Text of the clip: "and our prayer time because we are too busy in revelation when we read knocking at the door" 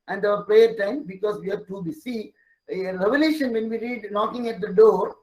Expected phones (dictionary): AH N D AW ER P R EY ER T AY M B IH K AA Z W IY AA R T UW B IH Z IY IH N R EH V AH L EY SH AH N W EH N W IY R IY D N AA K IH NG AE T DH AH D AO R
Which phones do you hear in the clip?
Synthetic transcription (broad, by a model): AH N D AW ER P R EY ER T AY M B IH K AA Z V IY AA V T UW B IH S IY R EH V AH L EY SH AH N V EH N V IY R IY D N AA K IH NG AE T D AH D AO R